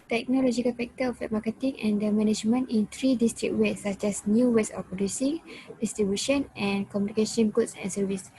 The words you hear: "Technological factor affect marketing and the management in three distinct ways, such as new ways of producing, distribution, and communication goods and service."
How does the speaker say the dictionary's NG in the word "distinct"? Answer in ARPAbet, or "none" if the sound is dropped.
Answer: none